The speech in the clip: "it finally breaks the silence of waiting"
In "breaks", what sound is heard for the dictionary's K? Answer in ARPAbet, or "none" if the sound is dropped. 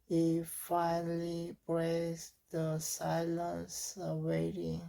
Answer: none